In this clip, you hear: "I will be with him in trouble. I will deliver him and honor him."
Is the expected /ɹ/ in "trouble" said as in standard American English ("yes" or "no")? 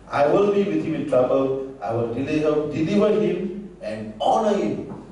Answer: yes